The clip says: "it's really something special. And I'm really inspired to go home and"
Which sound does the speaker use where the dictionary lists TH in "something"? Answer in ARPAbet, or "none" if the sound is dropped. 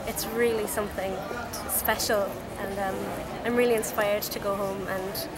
TH